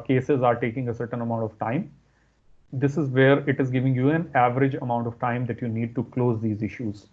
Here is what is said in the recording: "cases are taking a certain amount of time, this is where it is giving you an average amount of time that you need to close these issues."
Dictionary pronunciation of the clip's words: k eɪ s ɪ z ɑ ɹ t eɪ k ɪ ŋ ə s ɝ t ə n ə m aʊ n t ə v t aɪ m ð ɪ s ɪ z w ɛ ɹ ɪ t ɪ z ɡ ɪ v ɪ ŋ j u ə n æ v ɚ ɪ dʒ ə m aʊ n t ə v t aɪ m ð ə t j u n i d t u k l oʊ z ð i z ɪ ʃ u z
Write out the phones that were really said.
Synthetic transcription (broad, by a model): k eɪ s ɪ z ɑ ɹ t eɪ k ɪ ŋ ə s ɝ t ə n ə m aʊ n t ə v t aɪ m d ɪ s ɪ z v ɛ ɹ ɪ t ɪ z ɡ ɪ v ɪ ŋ j u ə n æ v ɚ ɪ dʒ ə m aʊ n t ə v t aɪ m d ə t j u n i d t u k l oʊ z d i z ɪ ʃ u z